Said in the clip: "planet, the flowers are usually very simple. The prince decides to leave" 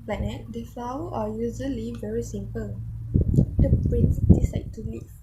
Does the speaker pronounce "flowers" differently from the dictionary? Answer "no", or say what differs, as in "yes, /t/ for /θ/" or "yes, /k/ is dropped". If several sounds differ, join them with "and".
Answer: yes, /z/ is dropped